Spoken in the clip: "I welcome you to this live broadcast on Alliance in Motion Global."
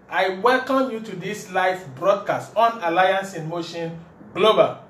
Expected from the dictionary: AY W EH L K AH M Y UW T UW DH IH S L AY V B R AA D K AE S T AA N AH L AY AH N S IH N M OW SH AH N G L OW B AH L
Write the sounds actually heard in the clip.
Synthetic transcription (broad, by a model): AY W EH L K AH M Y UW T UW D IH S L AY F B R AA D K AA S T AA N AH L AY AH N S IH N M OW SH AH N G L OW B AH L